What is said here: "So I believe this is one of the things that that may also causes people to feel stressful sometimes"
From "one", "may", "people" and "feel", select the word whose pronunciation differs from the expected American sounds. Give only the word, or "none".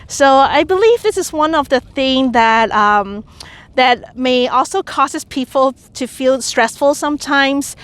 none